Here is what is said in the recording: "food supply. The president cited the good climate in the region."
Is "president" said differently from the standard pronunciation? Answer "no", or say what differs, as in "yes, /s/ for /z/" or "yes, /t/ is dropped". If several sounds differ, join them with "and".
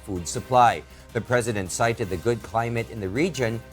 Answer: no